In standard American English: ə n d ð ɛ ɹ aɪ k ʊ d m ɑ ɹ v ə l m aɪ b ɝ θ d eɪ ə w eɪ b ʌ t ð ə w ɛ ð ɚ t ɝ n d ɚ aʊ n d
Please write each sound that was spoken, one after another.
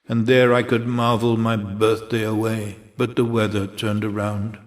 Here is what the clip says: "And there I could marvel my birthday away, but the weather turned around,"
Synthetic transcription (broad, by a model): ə n ð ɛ ɹ aɪ k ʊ d m ɑ ɹ v l m aɪ b ɝ θ d eɪ ə w eɪ b ʌ t ð ə w ɛ ð ɚ t ɝ n d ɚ aʊ n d